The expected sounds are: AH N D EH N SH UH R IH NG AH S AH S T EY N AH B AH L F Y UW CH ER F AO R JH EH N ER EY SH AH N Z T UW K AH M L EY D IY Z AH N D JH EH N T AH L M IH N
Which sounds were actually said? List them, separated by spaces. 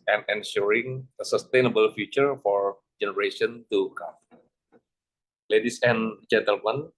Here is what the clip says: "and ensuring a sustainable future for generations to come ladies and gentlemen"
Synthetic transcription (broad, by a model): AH N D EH N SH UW R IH NG AH S AH S T EY N AH B AH L F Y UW CH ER F AO R JH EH N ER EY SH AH N T UW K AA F L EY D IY S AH N JH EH N T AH L M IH N